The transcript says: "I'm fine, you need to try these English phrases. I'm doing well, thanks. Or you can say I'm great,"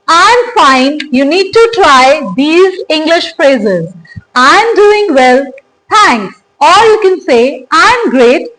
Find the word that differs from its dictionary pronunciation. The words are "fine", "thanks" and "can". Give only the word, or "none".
thanks